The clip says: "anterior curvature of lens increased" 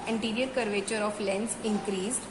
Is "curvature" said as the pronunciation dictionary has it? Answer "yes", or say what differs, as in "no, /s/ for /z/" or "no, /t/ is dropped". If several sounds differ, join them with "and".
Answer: yes